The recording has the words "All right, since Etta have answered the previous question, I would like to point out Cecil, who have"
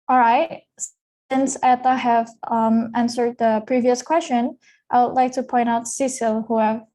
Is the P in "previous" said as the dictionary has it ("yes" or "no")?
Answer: yes